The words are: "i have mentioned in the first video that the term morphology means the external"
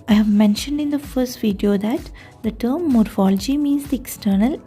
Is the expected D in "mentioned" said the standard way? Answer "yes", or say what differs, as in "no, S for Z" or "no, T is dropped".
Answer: yes